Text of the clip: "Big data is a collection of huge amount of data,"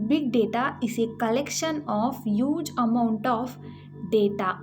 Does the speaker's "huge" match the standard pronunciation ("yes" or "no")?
yes